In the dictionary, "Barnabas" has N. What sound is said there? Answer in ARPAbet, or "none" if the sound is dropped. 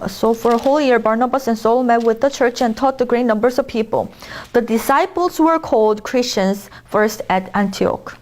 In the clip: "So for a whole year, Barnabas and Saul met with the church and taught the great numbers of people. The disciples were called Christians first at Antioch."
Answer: N